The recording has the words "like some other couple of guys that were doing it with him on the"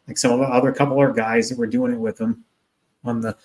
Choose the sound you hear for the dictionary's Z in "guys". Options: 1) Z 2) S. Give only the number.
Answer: 1